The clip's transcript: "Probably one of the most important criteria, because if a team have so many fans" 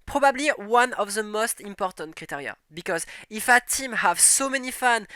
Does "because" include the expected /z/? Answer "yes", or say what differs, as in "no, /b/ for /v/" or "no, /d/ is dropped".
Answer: yes